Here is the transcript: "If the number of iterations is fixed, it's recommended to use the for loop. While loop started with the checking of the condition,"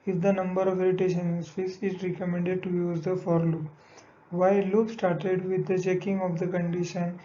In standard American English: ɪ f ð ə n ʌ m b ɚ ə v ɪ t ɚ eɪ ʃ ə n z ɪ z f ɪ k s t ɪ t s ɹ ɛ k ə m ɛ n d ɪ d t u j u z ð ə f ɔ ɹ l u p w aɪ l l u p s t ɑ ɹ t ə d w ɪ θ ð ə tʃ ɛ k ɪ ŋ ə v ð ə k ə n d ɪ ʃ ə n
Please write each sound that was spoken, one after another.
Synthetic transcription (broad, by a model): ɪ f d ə n ʌ m b ɚ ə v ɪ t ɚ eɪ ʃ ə n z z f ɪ s ɪ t ɹ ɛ k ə m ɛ n d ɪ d t u j u z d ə f ɔ ɹ l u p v aɪ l l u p s t ɑ ɹ t ə d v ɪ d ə tʃ ɛ k ɪ ŋ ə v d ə k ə n d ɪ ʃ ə n